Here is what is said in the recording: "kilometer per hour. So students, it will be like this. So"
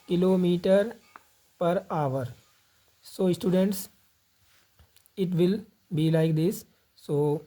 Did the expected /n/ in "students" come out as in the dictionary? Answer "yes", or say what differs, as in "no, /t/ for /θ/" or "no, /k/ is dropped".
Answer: yes